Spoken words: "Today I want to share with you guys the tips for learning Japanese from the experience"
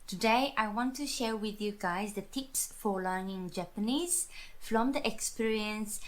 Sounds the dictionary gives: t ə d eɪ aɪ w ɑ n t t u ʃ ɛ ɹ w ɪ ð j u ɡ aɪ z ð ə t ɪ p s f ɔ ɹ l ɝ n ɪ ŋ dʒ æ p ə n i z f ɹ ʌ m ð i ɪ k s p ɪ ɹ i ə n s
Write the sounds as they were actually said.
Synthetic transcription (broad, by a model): t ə d eɪ aɪ w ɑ n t t u ʃ ɛ ɹ w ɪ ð j u ɡ aɪ z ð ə t ɪ p s f ɔ ɹ l ɝ n ɪ ŋ dʒ æ p ə n i z f ɹ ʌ m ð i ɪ k s p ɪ ɹ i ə n s